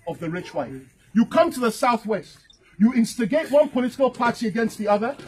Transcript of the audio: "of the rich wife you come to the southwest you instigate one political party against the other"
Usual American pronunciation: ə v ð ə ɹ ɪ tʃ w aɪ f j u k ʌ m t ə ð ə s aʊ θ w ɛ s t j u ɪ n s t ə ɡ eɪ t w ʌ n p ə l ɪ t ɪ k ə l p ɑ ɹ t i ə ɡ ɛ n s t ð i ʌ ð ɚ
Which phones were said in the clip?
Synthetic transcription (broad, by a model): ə v ð ə ɹ ɪ tʃ w aɪ f j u k ʌ m t ə ð ə s aʊ θ w ɛ s t j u ɪ n s t ə ɡ eɪ t w ʌ n p ə l ɪ t ɪ k ə l p ɑ ɹ t i ə ɡ ɛ n s t ð i ʌ ð ɚ